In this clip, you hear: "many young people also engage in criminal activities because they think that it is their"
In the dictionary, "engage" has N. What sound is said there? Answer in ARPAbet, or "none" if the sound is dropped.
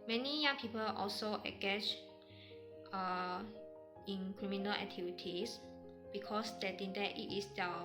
none